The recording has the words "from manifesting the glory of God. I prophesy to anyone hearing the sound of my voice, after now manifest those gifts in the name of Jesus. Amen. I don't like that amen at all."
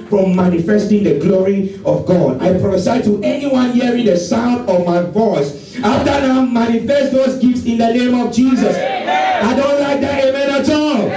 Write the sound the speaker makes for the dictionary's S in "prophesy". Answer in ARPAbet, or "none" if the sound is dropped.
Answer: none